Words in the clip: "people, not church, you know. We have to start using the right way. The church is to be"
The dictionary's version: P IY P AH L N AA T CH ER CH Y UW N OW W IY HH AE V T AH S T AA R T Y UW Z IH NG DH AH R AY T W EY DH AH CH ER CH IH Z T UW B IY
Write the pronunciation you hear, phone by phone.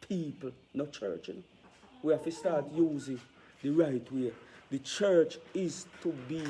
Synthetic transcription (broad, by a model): P IY P L N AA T CH ER CH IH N W IY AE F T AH S T AA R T Y UW Z IH NG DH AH R AY T W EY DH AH CH ER CH IH Z T UW B IY